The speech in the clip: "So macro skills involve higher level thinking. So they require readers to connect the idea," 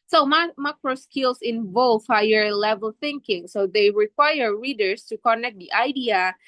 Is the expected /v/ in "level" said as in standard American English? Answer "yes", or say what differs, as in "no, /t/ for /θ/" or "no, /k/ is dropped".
yes